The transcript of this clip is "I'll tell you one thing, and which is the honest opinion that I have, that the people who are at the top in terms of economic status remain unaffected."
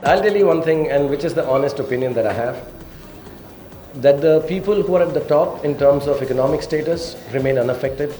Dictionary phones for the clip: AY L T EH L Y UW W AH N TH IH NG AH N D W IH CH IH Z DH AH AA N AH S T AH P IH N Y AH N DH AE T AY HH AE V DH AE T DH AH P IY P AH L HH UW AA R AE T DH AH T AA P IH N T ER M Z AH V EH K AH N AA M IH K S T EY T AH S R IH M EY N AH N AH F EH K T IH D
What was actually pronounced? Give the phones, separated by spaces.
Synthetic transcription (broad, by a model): AY L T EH L Y UW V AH N T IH NG AH N D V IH CH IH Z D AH AA N AH S T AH P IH N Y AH N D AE T AY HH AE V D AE T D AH P IY P AH L HH UW AA R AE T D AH T AA P IH N T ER M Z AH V EH K AH N AA M IH K S T EY T AH S R IH M EY N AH N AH F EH K T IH D